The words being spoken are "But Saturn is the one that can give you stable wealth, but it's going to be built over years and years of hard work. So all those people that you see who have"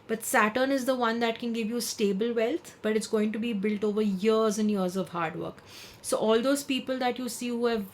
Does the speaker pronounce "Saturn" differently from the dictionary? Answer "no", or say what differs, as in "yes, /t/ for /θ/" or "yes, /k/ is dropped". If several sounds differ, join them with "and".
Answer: no